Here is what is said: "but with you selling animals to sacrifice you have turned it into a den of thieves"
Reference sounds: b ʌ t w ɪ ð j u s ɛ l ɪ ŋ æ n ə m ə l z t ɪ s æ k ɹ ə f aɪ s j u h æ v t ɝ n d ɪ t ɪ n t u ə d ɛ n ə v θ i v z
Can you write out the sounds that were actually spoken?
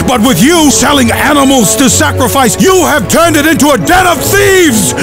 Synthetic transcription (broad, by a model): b ʌ t w ɪ ð j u s ɛ l ɪ ŋ æ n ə m l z t ɪ s æ k ɹ ə f aɪ s j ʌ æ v t ɝ n d ɪ t ɪ n t u ə d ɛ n ə v θ i v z